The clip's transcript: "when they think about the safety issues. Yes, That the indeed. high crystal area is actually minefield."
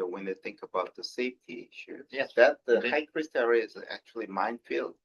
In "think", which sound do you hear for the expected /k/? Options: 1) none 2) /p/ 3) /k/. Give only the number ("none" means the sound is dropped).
3